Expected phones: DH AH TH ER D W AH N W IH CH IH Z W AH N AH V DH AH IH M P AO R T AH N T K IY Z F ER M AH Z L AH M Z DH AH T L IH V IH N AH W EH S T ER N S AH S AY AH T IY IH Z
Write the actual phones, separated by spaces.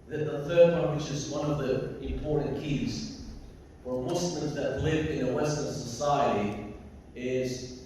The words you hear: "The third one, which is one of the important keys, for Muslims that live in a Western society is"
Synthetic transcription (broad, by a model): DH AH TH ER D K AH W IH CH IH Z W AH N AH V DH AH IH M P AO R T N K IY Z F ER M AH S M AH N DH AH T L IH V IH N AH W EH S T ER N S AH S AY AH T IY IH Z